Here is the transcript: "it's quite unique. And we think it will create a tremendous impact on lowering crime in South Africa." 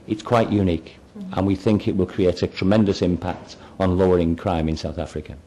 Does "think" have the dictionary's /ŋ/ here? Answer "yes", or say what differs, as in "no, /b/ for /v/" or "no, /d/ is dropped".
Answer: yes